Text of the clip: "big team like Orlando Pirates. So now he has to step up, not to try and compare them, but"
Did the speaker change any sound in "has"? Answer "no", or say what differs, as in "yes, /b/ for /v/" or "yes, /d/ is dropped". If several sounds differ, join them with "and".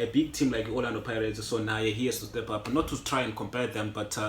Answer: yes, /s/ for /z/